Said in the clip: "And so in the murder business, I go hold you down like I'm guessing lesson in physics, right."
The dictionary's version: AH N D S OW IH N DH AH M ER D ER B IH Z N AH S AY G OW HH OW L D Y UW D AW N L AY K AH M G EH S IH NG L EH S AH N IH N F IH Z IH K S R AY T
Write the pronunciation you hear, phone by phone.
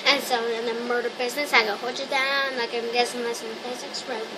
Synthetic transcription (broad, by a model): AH N S OW IH N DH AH M ER D ER B IH Z N AH S AY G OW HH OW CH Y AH D AW N N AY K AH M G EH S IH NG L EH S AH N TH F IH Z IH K S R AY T